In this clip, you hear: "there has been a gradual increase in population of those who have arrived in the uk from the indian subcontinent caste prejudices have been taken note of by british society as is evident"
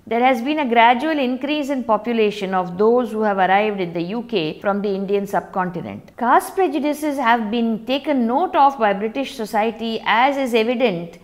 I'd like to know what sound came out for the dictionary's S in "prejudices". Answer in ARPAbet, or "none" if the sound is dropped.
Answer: S